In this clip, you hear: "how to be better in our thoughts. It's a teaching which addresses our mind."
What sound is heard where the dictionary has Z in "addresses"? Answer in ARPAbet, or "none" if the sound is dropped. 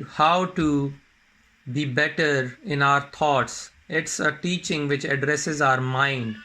Z